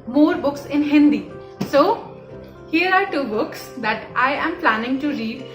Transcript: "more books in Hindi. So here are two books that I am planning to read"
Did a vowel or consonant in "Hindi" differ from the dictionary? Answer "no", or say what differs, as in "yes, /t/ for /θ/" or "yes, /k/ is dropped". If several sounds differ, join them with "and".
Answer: no